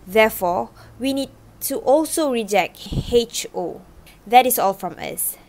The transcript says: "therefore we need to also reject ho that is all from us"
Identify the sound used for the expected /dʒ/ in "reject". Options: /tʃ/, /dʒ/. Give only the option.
/dʒ/